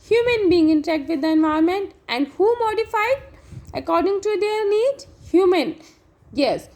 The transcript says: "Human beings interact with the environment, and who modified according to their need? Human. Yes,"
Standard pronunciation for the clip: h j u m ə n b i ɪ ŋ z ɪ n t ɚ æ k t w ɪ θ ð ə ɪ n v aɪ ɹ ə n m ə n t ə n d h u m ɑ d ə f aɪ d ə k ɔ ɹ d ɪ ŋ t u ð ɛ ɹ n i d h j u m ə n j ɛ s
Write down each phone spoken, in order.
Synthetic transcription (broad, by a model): h j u m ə n b i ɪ ŋ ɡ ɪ n t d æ k t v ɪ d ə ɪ n v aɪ ə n m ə n t ə n d h u m ɑ d ə f aɪ d ə k ɔ ɹ d ɪ ŋ t u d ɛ ɹ n i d h j u m ə n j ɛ s